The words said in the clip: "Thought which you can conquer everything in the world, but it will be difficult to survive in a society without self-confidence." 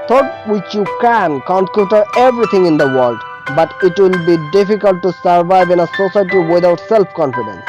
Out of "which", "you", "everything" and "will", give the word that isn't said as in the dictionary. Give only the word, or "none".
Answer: everything